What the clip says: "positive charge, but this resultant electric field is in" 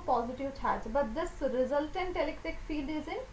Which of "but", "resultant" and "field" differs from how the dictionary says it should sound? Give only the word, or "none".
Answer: none